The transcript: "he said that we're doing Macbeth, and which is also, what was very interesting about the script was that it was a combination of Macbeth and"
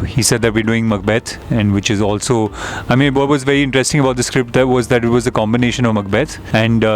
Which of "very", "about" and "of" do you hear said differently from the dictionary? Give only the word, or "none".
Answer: none